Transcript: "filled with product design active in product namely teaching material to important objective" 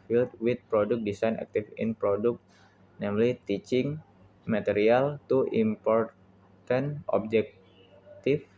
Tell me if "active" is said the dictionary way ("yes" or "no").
no